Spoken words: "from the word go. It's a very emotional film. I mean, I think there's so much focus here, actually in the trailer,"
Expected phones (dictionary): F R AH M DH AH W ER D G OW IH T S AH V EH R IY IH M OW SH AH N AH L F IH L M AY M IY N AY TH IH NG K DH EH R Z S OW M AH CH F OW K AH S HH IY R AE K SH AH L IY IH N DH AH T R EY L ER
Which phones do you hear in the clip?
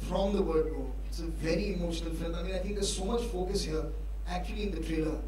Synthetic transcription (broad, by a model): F R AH M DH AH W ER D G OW IH T S AH V EH R IY IH M OW SH AH N AH L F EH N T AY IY AY T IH NG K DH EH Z S OW M AH CH F OW K AH S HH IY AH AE K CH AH L IY IH N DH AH T R EY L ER